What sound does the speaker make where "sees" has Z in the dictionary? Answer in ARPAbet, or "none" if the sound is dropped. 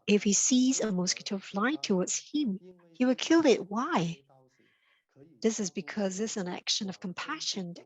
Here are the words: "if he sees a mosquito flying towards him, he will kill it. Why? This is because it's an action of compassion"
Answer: Z